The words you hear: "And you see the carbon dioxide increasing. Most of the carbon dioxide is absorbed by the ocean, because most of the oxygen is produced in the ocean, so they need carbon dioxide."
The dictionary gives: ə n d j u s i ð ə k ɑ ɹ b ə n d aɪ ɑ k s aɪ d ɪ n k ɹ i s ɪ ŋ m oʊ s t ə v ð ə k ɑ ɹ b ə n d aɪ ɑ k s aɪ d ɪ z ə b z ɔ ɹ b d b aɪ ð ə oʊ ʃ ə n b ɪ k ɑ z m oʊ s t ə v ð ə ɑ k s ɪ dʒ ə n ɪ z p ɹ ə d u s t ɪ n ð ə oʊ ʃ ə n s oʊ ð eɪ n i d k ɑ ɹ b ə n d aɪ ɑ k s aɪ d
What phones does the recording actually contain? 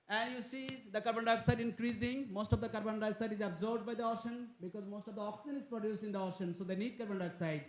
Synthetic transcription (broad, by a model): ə n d j u s i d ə k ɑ ɹ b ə n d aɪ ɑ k s aɪ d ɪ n k ɹ i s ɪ ŋ m oʊ s t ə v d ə k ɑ ɹ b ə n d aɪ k s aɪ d ɪ z ə b z ɔ ɹ b d b aɪ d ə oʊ ʃ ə n b ɪ k ɑ z m oʊ s t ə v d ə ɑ k s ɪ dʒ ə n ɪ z p ɹ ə d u s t ɪ n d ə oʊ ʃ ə n s oʊ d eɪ n i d k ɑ ɹ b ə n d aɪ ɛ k s aɪ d